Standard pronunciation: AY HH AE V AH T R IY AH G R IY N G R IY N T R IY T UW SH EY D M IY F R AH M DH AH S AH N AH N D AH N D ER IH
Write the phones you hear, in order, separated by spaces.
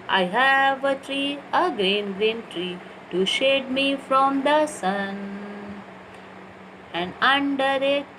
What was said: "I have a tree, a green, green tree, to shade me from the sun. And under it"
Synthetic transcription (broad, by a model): AY HH AE V AH T R IY AH G R IY N G R IY N T R IY T UW SH EY D M IY F R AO M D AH S AH N AH N D AH N D ER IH